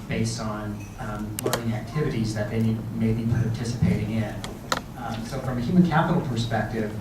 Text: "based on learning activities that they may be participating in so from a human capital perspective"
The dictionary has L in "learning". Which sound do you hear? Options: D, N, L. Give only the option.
L